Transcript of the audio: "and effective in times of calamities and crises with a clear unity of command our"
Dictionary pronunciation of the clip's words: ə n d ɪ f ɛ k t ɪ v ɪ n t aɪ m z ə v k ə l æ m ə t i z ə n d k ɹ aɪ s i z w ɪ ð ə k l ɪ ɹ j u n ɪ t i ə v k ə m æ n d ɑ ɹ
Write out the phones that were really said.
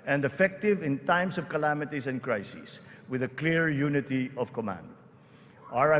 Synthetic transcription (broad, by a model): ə n d ɪ f ɛ k t ɪ v ɪ n t aɪ m s ə v k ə l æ m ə t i s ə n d k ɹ aɪ s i s w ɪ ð ə k l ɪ ɹ j u n ɪ t i ə v k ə m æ n d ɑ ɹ